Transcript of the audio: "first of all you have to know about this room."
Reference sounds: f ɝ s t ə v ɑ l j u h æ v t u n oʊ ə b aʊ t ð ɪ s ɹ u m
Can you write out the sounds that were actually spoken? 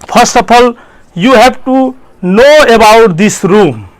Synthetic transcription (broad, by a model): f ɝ s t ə p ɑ l j u h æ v t u n oʊ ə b aʊ t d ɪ s ɹ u m